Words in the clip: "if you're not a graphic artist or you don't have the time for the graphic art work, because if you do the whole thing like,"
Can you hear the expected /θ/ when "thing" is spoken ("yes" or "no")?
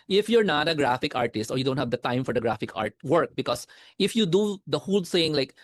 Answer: no